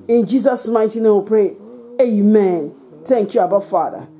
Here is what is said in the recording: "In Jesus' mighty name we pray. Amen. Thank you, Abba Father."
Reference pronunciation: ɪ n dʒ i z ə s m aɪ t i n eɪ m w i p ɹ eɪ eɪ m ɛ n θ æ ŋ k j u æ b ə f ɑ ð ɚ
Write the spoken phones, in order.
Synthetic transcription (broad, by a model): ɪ n dʒ i s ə s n aɪ t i n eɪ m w p ɹ eɪ eɪ m ɛ n t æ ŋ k j u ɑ b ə f ɑ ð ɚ